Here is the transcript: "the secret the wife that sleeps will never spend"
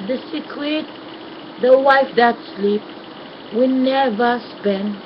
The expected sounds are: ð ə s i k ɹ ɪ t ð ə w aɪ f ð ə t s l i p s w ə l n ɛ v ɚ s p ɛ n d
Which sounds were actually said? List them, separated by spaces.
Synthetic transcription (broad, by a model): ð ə s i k ɪ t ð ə w aɪ f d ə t s l i p w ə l n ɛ v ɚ s p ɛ n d